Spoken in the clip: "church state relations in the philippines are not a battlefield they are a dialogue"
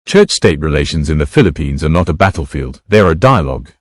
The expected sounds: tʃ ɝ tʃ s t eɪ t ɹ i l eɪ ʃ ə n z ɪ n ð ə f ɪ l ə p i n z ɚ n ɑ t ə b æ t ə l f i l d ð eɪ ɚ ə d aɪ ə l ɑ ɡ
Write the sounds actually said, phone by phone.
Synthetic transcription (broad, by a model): tʃ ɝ tʃ s t eɪ t ɹ i l eɪ ʃ ə n z ɪ n ð ə f ɪ l ə p i n z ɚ n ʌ t ə b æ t l f i l d ð ɚ ə d aɪ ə l ɑ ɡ